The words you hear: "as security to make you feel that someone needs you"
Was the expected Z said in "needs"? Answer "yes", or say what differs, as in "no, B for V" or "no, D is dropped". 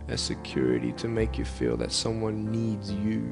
yes